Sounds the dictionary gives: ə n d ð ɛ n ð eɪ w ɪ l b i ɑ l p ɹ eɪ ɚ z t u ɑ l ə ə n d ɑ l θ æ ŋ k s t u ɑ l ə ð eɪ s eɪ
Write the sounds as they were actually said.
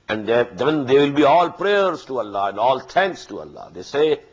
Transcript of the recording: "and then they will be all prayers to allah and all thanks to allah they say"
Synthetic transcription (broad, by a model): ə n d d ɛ n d eɪ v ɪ l b i ɑ l p ɹ eɪ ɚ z t u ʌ l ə ə n d ɑ l t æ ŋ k s t u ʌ l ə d eɪ s eɪ